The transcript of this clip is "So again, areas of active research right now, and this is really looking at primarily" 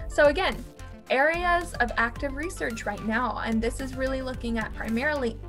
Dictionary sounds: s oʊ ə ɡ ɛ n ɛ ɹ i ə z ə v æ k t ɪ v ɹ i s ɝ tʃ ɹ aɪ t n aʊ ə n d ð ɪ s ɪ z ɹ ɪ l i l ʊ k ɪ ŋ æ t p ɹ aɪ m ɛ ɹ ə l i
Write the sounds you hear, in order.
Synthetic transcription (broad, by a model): s oʊ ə ɡ ɛ n ɛ ɹ i ə z ə v æ k t ɪ v ɹ i s ɝ tʃ ɹ aɪ t n aʊ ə n ð ɪ s ɪ z ɹ ɪ l i l ʊ k ɪ ŋ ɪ t p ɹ aɪ m ɛ ɹ l i